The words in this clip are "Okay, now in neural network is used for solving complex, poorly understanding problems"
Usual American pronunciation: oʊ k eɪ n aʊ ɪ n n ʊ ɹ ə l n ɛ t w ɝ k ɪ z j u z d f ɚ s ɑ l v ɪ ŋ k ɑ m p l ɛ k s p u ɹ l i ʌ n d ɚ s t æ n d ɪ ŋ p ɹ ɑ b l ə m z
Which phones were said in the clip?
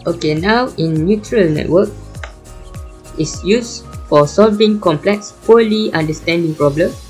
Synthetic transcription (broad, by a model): oʊ k eɪ n aʊ ɪ n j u ɹ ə l n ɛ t w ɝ k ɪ s j u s f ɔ s ɑ l v ɪ ŋ k ɑ m p l ɛ k s p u l i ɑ n d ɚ s t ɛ n d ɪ ŋ p ɹ ɑ b l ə m